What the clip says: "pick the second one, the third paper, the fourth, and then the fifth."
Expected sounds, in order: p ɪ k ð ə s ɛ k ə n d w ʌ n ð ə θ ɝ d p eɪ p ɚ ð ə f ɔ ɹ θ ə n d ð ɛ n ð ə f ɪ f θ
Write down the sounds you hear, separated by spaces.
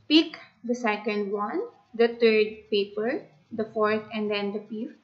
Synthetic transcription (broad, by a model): p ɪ k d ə s ɛ k ə n d w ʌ n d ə t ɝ d p eɪ p ɚ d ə f ɔ ɹ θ ə n d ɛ n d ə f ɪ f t